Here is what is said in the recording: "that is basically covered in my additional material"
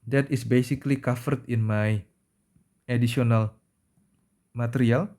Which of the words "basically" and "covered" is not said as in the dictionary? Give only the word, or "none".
covered